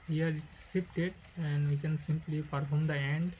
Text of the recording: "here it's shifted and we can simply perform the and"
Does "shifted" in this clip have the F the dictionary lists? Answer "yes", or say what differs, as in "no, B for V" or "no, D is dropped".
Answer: no, P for F